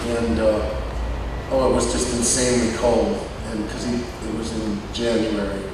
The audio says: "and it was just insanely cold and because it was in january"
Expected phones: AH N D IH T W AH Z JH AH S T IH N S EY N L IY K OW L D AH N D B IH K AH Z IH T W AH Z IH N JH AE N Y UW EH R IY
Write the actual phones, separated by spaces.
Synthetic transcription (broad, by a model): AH N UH IH T W AH Z JH AH S T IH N S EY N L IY K OW L D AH N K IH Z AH IH T W AH Z IH N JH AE N Y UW EH R IY